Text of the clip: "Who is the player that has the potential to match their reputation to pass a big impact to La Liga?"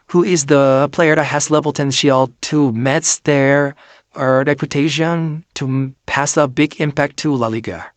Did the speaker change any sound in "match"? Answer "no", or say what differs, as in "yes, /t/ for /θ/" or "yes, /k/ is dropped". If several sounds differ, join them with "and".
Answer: yes, /s/ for /tʃ/